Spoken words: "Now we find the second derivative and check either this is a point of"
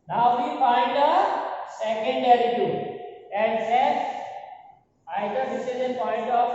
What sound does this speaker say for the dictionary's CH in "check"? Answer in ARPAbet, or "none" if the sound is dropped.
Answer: S